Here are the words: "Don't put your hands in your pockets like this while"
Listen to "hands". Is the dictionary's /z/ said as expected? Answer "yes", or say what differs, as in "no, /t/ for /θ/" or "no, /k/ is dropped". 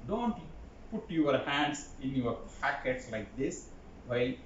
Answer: no, /s/ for /z/